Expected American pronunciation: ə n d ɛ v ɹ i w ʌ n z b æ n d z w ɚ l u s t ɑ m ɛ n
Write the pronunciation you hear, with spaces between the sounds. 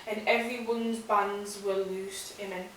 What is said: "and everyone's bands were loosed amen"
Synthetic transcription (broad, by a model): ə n ɛ v ɹ i w ʌ n z b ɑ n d z w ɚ l u s t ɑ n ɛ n